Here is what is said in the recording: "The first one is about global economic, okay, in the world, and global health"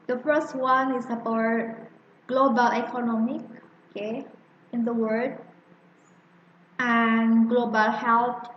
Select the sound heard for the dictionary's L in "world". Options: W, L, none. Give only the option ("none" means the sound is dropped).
none